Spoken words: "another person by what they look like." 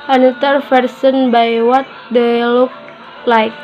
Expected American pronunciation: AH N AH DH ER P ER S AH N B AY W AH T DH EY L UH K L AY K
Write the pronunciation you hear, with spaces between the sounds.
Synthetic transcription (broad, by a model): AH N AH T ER F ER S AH N B AY W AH T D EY L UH K L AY K